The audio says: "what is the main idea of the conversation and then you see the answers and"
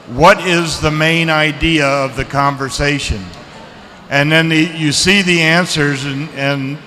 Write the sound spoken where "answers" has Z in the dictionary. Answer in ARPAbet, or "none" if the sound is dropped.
Z